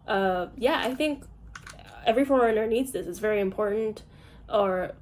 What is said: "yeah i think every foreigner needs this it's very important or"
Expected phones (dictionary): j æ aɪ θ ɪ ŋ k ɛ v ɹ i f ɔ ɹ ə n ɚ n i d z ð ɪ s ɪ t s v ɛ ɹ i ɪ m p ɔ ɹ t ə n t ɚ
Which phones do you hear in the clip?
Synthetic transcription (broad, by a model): j æ aɪ θ ɪ ŋ k ɛ v ɹ i f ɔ ɹ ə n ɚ n i d z ð ɪ s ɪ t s v ɛ ɹ i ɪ m p ɔ ɹ t n t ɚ